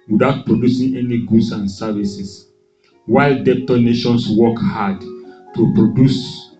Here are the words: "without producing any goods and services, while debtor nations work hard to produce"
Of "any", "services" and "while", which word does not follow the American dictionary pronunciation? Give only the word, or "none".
services